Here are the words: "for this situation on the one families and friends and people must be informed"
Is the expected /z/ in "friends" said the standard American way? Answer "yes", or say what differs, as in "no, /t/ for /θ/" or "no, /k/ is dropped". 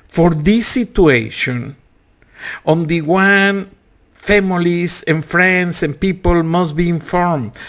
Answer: no, /s/ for /z/